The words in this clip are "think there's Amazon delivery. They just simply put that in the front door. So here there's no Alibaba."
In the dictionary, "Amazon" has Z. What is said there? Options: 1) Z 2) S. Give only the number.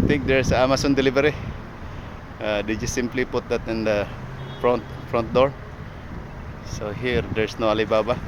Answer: 2